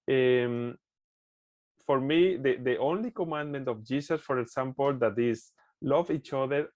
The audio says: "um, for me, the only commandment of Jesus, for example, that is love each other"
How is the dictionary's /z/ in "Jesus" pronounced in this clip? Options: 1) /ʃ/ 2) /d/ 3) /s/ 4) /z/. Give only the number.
3